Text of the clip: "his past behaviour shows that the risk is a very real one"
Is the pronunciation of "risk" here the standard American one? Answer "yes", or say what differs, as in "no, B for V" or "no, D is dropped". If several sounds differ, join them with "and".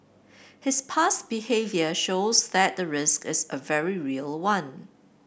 yes